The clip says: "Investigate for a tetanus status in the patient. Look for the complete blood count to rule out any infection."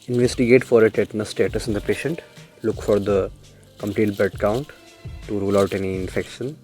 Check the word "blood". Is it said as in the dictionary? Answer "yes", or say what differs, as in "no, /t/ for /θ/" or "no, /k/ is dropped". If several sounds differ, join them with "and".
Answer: no, /l/ is dropped